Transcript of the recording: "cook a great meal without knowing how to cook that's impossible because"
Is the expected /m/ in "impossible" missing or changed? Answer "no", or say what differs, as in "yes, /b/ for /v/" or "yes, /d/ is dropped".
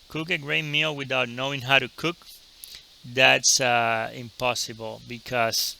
no